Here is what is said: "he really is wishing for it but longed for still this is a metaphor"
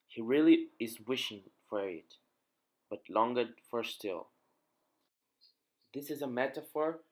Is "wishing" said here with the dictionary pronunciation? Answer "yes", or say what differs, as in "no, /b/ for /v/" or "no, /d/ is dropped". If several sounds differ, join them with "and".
yes